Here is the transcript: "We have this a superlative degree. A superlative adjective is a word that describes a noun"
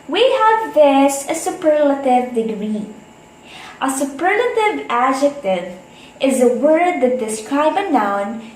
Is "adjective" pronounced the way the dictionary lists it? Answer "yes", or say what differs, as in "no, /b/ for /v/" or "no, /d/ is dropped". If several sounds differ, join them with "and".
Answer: yes